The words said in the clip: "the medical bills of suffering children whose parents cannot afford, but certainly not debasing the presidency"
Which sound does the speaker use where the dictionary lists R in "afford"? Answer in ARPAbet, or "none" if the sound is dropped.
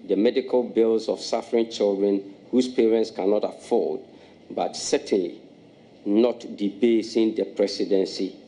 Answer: L